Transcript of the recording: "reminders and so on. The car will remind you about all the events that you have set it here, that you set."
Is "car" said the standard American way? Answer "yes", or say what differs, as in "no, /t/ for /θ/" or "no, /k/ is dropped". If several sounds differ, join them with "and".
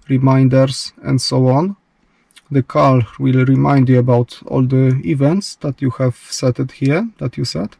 no, /l/ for /ɹ/